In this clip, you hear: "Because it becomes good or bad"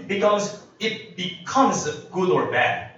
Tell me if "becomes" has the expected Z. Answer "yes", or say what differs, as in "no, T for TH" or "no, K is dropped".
yes